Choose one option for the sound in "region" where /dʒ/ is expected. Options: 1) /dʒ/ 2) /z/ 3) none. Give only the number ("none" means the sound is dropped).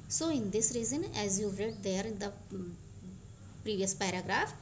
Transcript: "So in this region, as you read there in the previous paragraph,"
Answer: 2